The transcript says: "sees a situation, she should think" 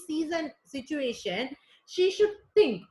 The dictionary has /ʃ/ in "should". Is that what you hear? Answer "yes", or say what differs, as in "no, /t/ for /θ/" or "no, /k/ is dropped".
yes